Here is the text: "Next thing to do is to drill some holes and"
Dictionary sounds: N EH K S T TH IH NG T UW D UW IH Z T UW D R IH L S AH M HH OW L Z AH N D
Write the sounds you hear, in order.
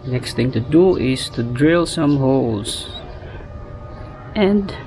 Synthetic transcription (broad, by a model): N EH K S T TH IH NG T UW D UW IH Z T UW D R IH L S AH M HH OW L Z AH N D